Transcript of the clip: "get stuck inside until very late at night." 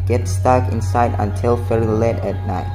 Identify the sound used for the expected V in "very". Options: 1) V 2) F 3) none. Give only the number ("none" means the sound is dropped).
2